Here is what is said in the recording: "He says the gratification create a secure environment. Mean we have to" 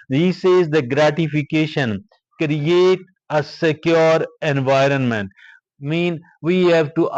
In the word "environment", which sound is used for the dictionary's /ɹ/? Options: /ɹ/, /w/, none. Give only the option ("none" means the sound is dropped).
/ɹ/